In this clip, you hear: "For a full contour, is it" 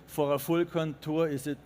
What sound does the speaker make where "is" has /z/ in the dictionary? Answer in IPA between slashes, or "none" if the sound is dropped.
/s/